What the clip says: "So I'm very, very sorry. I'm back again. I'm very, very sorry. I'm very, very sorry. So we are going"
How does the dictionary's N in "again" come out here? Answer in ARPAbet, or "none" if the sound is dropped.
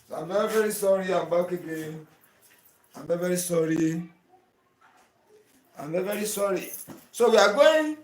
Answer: none